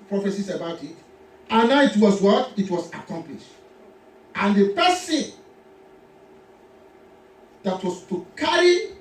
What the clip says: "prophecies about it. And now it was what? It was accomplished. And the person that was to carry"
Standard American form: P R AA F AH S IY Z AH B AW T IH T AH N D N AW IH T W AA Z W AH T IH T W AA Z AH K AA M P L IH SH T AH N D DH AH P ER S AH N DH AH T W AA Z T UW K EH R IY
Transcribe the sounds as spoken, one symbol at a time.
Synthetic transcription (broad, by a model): P R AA F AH S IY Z AH B AW T IH T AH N N AW IH T W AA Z W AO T IH T W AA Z AH K AA M P L IH SH T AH N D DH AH P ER S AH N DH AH T W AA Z T UW K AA R IY